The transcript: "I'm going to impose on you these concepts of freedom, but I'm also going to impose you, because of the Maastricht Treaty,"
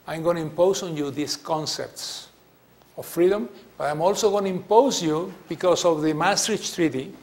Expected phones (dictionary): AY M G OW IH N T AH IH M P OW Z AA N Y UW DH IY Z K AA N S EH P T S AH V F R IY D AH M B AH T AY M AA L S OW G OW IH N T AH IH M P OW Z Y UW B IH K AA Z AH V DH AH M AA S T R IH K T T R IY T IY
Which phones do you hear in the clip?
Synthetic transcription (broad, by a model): AY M G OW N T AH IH M P OW S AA N Y UW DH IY S K AA N S EH P T S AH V F R IY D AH M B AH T AY M AA L S OW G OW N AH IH M P OW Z Y UW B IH K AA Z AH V DH AH M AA S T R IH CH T T R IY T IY